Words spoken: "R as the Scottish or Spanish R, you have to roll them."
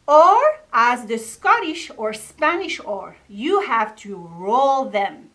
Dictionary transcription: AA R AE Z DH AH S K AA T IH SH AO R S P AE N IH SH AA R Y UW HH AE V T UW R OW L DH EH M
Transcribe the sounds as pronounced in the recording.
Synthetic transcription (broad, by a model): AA R AE Z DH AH S K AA T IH SH AO R S P AE N IH SH AA R Y UW HH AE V T UW R OW L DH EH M